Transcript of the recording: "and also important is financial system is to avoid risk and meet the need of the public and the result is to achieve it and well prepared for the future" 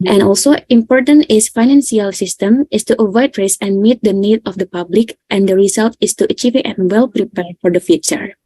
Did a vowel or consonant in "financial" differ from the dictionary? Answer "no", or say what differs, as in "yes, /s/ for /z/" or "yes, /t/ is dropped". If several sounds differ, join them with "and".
yes, /s/ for /ʃ/